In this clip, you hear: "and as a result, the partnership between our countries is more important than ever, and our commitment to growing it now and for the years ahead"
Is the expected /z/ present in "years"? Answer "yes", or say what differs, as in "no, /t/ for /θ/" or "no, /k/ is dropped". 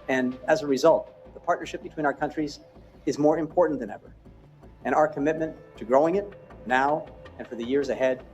yes